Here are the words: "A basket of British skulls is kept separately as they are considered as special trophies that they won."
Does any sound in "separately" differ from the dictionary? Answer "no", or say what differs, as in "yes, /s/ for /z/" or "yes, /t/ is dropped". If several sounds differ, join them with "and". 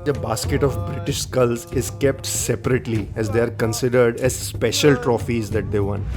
no